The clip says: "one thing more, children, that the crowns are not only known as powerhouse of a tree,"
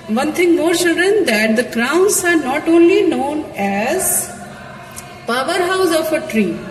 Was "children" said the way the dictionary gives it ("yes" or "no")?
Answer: no